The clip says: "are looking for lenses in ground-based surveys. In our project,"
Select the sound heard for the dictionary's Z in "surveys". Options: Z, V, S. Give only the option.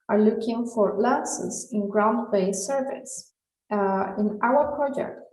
S